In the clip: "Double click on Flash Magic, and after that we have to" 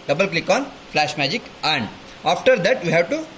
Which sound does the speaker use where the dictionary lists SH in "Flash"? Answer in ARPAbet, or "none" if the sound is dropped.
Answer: SH